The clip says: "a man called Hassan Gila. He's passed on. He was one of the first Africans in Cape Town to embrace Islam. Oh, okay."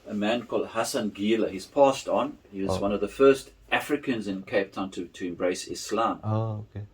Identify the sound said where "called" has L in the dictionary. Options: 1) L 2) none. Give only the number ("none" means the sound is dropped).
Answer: 1